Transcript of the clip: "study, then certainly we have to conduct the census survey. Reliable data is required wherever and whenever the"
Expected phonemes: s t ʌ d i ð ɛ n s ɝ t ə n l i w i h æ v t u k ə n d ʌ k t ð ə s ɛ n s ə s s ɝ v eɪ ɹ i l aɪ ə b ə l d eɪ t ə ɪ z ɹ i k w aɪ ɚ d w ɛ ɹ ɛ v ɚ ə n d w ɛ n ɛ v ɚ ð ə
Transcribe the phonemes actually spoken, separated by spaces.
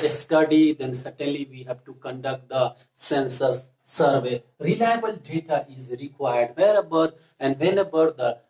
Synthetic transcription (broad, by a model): s t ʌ d i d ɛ n s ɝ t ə n l i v i h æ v t u k ə n d ʌ k t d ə s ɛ n s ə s s ɝ v eɪ ɹ i l aɪ ə b ə l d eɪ t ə ɪ z ɹ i k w aɪ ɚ d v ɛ ɹ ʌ b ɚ ə n d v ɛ n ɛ b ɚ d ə